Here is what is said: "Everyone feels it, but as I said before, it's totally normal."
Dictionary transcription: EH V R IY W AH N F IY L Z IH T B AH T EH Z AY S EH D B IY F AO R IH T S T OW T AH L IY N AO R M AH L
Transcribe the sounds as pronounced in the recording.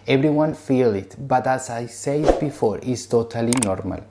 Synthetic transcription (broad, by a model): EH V R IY W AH N F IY L IH T B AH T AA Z AY S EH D B IY F AO R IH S T OW T AH L IY N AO R M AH L